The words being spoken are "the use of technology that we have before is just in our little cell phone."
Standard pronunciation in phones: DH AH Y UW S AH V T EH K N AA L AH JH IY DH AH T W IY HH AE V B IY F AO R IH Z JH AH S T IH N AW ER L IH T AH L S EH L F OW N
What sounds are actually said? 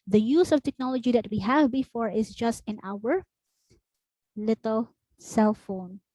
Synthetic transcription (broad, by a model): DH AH Y UW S AH V T EH K N AA L AH JH IY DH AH T W IY HH AE V B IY F AO R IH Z JH AH S T IH N AW ER L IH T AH L S EH L F OW N